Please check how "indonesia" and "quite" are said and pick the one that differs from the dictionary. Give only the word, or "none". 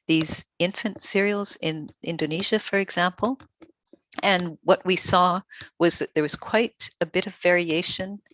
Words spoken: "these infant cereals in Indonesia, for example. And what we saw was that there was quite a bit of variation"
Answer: none